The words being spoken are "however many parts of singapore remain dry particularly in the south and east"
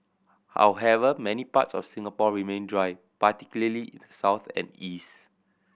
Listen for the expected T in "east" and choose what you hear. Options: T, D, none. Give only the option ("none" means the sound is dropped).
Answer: T